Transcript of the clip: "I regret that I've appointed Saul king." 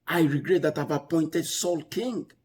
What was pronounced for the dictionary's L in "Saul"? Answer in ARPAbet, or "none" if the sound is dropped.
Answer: L